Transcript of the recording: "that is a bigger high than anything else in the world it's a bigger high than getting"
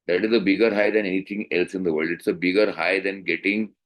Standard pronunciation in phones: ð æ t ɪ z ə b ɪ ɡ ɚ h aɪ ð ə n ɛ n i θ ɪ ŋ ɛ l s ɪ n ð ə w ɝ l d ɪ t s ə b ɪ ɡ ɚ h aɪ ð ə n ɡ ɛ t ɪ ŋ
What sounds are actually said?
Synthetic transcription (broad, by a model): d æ t ɪ z ə b ɪ ɡ ɚ h aɪ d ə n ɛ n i t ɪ ŋ ɛ l s ɪ n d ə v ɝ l d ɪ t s ə b ɪ ɡ ɚ h aɪ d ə n ɡ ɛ t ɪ ŋ